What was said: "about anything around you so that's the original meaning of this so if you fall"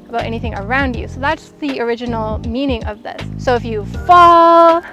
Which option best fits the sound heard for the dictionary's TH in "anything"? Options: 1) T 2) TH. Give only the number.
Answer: 2